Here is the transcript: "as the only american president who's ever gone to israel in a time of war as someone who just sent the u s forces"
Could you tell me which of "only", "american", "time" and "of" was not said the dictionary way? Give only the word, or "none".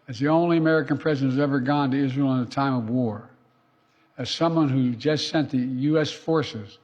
none